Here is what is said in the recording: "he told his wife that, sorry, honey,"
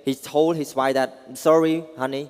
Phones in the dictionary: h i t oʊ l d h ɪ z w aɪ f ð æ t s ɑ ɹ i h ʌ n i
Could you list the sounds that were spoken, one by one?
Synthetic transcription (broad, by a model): h i t oʊ l d h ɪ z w aɪ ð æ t s ɑ ɹ i h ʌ n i